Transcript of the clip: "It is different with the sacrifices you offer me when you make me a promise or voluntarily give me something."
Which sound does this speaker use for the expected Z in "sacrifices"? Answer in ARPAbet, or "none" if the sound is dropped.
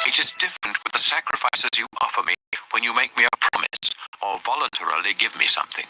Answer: Z